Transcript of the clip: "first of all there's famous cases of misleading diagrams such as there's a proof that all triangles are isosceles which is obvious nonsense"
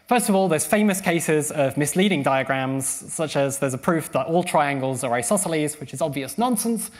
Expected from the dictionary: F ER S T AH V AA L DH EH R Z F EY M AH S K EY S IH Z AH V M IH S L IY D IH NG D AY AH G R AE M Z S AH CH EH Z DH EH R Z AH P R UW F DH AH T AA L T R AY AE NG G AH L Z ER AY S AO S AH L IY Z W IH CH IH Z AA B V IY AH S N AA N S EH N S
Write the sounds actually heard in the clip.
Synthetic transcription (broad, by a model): F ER S T AH V AA L DH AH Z F EY M AH S K EY S IH Z AH V M IH S L IY D IH NG D AY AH G R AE M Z S AH CH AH Z DH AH Z AH P R UW F DH AH T AA L T R AY AE NG G AH L Z ER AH S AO S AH L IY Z W IH CH IH Z AA B V IY AH S N AA N S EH N S